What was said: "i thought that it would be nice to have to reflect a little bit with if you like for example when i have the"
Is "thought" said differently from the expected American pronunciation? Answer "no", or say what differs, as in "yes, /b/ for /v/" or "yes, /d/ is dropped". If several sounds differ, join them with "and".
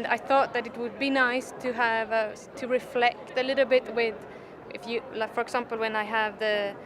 no